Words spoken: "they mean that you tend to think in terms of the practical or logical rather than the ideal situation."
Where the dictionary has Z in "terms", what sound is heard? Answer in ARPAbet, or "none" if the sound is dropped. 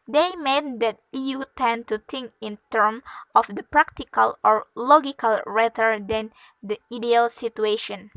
none